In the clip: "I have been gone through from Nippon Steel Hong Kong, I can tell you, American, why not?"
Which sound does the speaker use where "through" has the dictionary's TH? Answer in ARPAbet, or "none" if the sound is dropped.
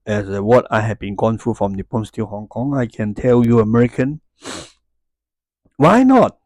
F